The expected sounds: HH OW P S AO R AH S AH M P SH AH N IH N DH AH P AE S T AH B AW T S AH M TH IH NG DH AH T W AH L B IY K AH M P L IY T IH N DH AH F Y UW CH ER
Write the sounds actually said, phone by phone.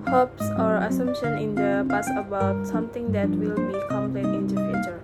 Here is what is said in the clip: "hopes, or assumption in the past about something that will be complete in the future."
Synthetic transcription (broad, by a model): HH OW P S AO R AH S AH M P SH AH N IH N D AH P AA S AH B AW T S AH M T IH NG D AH T W AH L B IY K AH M P L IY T IH N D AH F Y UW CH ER